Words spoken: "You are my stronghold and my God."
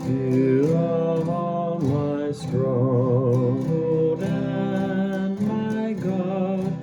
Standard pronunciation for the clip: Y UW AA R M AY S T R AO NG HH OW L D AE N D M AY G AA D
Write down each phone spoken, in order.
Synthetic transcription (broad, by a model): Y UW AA L M AY S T R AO HH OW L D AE N M AY G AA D